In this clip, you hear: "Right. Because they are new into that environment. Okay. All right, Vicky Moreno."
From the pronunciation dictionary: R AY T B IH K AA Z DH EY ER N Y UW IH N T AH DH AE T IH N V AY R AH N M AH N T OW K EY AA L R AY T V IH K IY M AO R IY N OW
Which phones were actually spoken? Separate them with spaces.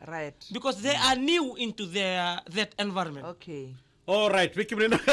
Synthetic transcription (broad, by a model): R AY T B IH K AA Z DH EY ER N Y UW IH N T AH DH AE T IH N V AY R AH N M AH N OW K EY AA L R AY T W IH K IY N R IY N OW